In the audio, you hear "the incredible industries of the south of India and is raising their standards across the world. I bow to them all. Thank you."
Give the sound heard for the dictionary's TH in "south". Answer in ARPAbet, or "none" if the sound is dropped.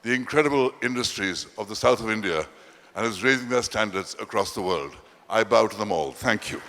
TH